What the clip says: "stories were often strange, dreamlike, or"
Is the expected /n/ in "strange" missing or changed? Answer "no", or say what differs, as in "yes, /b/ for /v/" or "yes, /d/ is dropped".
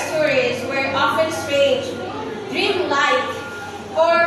yes, /n/ is dropped